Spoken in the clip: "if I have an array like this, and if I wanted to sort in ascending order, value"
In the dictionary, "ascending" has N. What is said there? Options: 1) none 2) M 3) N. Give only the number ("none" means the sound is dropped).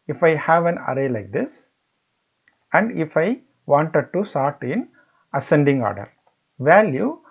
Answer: 3